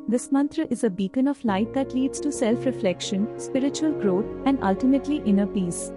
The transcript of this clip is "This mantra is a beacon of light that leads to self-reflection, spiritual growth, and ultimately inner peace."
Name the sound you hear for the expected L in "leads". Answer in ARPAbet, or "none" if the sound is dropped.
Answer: L